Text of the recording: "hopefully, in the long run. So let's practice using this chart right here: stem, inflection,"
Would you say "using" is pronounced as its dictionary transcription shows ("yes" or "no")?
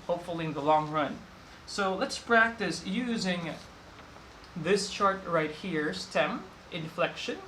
yes